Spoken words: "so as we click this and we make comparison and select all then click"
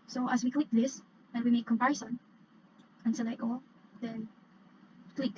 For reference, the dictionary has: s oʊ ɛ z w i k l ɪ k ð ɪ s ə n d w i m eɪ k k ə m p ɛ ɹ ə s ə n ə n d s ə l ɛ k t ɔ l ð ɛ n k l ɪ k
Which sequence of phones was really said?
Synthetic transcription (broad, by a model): s oʊ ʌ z w i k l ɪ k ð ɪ s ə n w i m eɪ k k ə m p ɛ ɹ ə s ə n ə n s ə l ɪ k ɔ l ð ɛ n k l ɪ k